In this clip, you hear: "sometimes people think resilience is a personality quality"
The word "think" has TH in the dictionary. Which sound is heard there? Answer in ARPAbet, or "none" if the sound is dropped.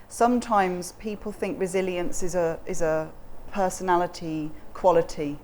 TH